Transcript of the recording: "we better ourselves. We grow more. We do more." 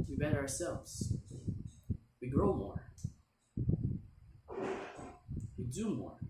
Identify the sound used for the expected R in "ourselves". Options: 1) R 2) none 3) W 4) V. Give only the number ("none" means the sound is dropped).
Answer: 1